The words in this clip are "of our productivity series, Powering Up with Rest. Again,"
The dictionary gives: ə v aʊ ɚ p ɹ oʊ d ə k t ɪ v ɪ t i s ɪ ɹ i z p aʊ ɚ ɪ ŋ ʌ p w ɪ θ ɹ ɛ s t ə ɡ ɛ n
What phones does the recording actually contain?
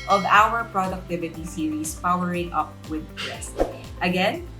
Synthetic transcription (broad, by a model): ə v aʊ ɚ p ɹ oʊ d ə k t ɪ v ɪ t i s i ɹ i s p aʊ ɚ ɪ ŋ ʌ p w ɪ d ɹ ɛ s t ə ɡ ɛ n